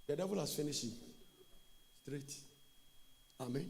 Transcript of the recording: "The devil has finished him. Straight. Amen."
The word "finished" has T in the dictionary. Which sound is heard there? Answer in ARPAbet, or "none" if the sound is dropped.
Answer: none